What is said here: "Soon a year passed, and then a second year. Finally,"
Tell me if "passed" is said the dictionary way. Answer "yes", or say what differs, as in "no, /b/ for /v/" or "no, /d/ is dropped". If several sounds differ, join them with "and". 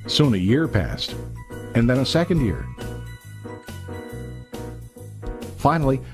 yes